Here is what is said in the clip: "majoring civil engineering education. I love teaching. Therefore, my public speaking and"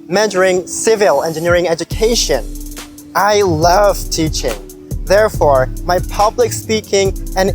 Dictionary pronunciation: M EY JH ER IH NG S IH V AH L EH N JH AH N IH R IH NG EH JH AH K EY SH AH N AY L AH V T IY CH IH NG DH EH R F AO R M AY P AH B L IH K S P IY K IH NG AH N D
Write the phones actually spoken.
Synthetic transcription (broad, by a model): M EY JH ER IH NG S IH V AH L EH N JH AH N IH R IH NG EH JH AH K EY SH AH N AY L AH V T IY CH IH NG DH EH R F AO R M AY P AH B L IH K S P IY K IH NG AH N